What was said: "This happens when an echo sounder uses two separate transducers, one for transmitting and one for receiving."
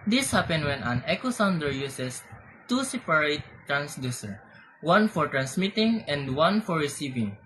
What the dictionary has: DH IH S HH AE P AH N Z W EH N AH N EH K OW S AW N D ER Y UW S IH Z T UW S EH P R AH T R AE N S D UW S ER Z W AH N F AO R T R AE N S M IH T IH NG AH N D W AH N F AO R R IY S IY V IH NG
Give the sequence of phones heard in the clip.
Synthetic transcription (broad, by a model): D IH S HH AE P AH N W EH N AH N EH K OW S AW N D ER Y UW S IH S T UW S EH P R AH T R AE N S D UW S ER W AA N F AO R T R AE N S M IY T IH NG AH N D W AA N F AO R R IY S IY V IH NG